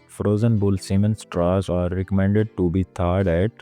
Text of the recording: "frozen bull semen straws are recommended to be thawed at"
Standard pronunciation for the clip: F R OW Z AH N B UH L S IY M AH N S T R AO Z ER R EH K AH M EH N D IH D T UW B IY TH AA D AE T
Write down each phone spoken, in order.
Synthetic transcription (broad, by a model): F R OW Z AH N B UH L S IY M AH N S T R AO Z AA R EH K AH M EH N D IH D T UW B IY T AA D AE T